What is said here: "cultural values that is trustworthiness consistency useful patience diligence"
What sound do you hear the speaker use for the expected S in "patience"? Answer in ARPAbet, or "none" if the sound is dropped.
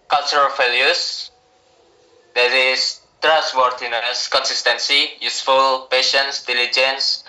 S